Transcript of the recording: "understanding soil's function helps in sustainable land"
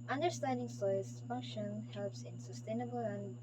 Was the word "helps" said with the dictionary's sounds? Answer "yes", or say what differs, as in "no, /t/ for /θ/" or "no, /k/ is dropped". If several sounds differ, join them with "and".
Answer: yes